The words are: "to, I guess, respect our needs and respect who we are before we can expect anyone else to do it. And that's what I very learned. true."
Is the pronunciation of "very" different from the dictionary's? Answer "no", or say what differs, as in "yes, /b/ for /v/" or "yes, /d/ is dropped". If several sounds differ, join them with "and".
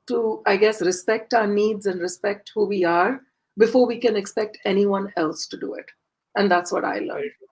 yes, /ɹ/ is dropped